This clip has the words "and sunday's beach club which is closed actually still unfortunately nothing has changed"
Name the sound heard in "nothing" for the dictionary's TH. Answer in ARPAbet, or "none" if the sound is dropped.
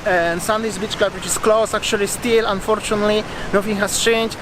F